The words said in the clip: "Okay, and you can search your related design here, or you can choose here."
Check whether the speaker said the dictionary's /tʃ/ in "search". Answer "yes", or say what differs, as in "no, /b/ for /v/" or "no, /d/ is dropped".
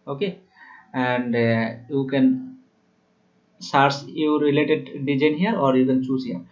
no, /s/ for /tʃ/